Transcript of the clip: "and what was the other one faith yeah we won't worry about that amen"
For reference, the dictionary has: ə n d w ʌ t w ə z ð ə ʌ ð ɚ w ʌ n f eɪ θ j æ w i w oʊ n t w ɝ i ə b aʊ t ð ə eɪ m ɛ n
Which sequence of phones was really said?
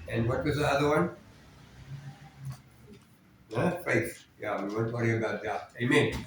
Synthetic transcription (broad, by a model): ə n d w ʌ t w ə z ð ə ʌ ð ɚ w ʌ n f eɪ f j æ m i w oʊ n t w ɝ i ə b aʊ t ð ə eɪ m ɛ n